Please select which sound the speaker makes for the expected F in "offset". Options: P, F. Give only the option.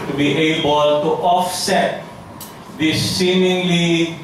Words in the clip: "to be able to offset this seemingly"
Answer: F